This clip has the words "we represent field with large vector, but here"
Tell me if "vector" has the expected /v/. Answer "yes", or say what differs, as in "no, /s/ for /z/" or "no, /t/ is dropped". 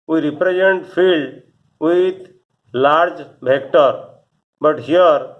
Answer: no, /b/ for /v/